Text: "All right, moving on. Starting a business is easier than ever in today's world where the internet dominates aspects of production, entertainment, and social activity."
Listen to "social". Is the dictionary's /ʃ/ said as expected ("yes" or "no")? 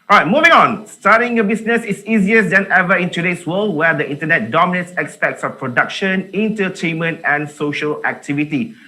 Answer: yes